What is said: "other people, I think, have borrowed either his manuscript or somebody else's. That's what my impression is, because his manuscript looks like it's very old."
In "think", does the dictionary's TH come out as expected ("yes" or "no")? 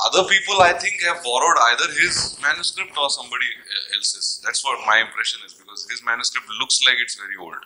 no